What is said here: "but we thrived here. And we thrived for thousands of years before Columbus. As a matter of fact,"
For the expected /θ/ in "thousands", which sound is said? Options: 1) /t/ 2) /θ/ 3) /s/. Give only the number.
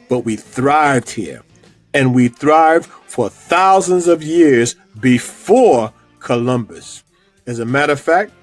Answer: 2